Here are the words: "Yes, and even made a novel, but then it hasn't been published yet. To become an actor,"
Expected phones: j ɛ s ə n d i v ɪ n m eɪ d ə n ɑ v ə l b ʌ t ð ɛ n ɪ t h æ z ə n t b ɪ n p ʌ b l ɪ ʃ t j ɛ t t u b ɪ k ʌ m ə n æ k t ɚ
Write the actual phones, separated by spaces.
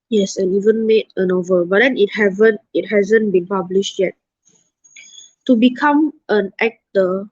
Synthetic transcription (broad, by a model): j ɛ s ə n i v ɪ n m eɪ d ə n ɑ v ə l b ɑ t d ɛ n ɪ t h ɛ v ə n t b ɪ n p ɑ b l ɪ ʃ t j ɛ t t u b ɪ k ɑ m ə n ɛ k t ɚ